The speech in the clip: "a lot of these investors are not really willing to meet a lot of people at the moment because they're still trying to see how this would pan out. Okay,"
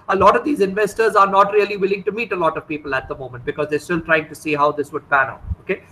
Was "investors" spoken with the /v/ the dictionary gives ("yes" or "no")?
yes